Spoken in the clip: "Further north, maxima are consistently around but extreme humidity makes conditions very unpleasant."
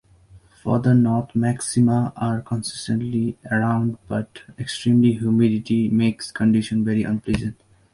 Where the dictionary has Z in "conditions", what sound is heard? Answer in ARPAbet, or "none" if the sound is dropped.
none